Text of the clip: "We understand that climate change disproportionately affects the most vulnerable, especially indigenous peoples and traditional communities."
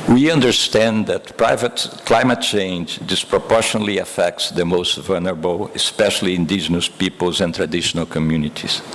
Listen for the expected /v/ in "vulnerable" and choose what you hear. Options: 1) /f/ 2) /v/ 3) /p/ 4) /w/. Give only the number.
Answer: 2